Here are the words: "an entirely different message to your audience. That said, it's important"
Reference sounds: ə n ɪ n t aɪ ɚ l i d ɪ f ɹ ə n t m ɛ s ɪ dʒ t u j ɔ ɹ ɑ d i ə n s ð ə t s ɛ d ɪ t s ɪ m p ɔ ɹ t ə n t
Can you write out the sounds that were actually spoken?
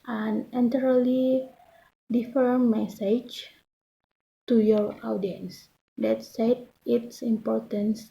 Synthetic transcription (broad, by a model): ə n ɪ n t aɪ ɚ l i d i f ə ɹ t m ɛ s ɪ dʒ t u j ɔ ɹ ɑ d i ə n s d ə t s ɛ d ɪ t s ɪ m p ɔ ɹ t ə n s